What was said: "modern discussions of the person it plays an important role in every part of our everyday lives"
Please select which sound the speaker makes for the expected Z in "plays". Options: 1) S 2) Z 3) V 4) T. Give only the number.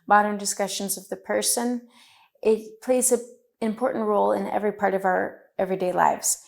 2